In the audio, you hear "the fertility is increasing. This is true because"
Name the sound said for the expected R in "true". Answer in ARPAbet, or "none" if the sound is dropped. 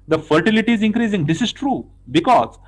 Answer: R